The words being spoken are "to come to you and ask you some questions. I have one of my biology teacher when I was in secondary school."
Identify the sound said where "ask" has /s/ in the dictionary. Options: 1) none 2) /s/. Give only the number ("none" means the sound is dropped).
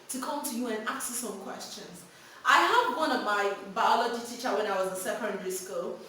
1